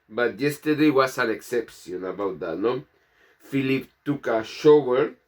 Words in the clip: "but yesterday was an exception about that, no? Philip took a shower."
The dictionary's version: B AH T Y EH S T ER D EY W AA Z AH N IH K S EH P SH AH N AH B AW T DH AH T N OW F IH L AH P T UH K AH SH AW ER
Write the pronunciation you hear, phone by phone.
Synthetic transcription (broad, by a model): B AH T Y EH S T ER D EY W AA S AH N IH K S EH P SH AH N AH B AW T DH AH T N OW F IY L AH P T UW K AH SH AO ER